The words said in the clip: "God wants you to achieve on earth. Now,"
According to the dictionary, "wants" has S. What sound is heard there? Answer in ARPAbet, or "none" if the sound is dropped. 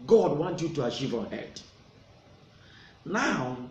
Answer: none